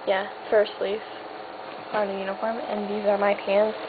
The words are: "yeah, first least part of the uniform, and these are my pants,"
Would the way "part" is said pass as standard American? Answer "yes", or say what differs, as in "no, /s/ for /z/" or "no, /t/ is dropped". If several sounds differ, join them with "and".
no, /t/ is dropped